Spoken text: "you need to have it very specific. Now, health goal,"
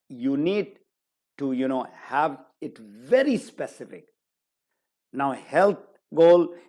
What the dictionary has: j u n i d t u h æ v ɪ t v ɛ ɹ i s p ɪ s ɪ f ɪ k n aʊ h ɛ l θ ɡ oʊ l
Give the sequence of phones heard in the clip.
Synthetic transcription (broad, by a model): j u n i d t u h æ v ɪ t v ɛ ɹ i s p ɪ s ɪ f ɪ k n aʊ h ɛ l t ɡ oʊ l